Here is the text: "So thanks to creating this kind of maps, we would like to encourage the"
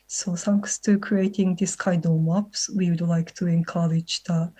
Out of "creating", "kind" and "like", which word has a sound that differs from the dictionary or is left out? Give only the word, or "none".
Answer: kind